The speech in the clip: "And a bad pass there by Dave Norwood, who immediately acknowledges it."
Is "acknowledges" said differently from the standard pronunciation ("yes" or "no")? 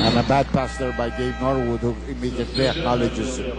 yes